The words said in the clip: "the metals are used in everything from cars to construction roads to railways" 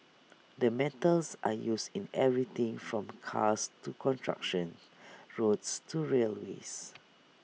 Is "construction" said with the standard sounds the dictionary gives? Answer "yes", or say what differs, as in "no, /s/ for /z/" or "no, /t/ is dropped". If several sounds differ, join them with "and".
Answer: no, /s/ is dropped